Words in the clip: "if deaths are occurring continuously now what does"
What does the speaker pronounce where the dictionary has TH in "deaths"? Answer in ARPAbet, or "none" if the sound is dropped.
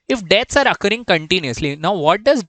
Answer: T